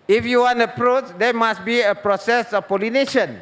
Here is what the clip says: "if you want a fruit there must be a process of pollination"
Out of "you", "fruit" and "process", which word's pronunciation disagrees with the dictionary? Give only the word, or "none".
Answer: fruit